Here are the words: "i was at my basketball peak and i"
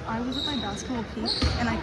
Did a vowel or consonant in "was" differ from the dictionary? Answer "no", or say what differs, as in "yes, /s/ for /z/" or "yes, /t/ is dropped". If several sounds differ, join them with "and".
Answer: no